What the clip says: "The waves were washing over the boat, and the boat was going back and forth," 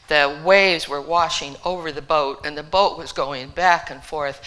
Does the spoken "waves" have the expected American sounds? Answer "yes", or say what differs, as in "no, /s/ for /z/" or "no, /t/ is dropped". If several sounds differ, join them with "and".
yes